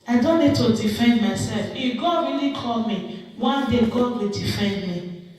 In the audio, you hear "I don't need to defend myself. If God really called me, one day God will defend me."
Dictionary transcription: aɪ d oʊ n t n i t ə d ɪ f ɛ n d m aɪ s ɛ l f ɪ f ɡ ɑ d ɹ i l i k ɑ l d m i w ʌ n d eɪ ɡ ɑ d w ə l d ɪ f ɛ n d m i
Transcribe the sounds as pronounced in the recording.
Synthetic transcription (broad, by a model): aɪ d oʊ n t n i t ə d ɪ f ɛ n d m aɪ s ɛ l f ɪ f ɡ ɑ d ɹ i l i k ɑ l m i w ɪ l d eɪ ɡ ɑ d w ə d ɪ f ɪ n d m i